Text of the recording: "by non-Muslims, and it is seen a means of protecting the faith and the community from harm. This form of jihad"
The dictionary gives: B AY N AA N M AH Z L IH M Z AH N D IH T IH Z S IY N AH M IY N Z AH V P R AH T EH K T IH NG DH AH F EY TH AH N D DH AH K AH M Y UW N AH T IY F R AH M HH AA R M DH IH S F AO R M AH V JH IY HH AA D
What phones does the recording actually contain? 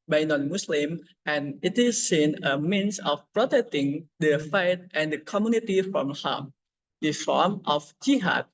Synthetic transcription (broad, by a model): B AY N AA N M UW S L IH M AH N IH T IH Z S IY N AH M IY N S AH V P R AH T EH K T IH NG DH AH F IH T AH N D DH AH K AH M Y UW N AH T IY F R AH M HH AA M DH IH F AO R M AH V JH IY HH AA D